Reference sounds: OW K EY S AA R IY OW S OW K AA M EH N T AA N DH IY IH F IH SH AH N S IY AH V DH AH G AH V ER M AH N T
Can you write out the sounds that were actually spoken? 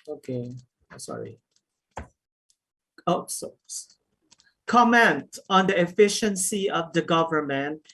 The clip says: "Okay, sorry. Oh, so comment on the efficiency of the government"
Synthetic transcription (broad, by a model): OW K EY S AA R IY OW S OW K AA M EH N T AA N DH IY IH F IH SH AH N S IY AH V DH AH G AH V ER M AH N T